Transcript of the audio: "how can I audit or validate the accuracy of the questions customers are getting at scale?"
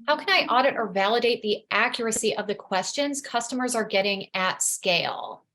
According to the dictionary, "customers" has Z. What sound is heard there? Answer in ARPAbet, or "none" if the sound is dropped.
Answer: Z